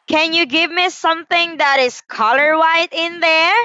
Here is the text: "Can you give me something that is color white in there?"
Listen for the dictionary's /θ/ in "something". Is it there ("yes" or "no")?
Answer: yes